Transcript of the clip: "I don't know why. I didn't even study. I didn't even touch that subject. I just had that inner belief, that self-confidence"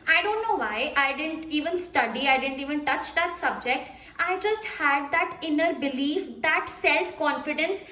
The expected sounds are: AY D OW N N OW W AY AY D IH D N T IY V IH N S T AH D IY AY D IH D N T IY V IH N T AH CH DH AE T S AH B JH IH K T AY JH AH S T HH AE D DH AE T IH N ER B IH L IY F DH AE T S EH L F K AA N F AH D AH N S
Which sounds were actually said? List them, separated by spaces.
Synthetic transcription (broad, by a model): AY D OW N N OW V AY AY D IH D N T IY V IH N S T AH D IY AY D IH D N T IY V IH N T AH CH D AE T S AH B JH IH K T AY JH AH S T HH AE D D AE T IH N ER B IH L IY F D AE T S EH L F K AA N F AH D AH N S